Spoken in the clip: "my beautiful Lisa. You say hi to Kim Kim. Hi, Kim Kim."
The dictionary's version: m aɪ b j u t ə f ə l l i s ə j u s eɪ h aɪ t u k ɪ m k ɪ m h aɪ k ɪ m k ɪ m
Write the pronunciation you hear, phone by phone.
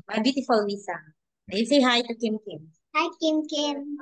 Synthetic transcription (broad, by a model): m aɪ b j u t ə f ə l w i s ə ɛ s eɪ h aɪ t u k ɪ m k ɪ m h aɪ k ɪ m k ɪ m